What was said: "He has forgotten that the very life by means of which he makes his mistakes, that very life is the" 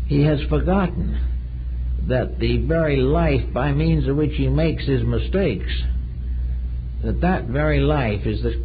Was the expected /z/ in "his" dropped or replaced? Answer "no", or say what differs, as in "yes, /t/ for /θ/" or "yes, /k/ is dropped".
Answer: no